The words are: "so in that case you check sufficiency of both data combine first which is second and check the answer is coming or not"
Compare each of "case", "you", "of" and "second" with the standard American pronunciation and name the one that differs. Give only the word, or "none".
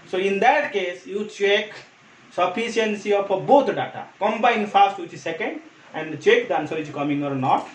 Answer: of